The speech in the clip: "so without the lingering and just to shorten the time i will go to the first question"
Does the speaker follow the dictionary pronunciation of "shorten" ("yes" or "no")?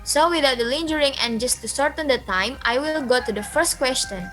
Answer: no